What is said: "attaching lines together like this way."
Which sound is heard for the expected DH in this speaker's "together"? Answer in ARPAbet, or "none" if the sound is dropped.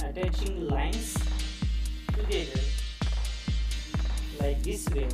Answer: none